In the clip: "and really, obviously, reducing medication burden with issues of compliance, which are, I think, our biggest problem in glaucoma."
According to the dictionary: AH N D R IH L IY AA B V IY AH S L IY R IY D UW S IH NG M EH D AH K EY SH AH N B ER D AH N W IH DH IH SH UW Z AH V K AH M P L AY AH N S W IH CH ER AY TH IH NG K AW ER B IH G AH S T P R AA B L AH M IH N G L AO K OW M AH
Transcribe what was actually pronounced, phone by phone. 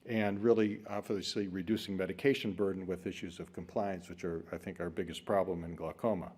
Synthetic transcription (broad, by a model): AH N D R IH L IY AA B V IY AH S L IY R IY D UW S IH NG M EH D AH K EY SH AH N B ER D N W IH DH IH SH UW Z AH V K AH M P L AY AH N S W IH CH ER AY TH IH NG K AW ER B IH G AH S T P R AA B L AH M IH N G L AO K OW M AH